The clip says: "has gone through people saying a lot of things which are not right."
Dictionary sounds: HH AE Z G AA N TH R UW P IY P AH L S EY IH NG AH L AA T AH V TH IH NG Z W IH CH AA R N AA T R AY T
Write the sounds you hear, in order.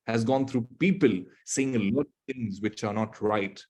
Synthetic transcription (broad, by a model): HH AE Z G AA N T R UW P IY P AH L S EY IH NG AH L AA T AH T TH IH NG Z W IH CH AA R N AA T R AY T